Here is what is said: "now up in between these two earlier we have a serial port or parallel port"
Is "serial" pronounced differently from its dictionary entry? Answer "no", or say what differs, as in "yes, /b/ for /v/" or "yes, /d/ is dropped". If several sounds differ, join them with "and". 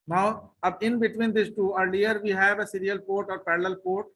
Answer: no